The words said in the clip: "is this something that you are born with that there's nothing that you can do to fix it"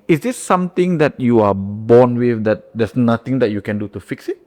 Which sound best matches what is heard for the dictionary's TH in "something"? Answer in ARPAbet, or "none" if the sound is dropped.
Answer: T